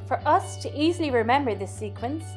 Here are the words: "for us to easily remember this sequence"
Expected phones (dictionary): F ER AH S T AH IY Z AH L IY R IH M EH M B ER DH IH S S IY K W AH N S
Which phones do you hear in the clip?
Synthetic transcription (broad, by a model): F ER AH S T AH IY Z AH L IY R IH M EH M B ER DH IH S S IY K W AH N S